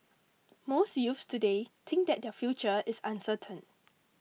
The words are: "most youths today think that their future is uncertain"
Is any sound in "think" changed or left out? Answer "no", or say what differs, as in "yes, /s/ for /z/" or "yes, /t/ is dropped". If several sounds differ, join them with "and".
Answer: yes, /t/ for /θ/